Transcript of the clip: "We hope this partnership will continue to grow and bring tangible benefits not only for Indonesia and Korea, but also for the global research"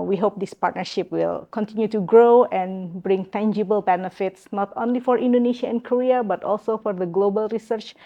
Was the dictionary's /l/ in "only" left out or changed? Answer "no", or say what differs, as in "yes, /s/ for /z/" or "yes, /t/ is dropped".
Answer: no